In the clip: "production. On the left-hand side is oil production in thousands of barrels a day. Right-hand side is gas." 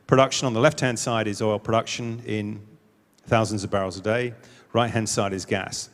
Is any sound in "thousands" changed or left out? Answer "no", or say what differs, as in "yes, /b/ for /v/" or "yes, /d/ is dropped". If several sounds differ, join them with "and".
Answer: no